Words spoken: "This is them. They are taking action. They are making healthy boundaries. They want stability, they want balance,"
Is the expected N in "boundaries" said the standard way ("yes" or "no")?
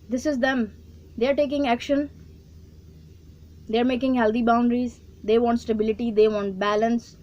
yes